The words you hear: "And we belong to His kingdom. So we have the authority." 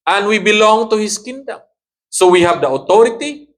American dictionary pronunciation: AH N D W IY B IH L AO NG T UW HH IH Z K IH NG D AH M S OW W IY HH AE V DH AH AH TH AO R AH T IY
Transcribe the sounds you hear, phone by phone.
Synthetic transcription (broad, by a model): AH N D W IY B IH L AO NG T UW HH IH S K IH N D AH M S OW W IY HH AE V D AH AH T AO R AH T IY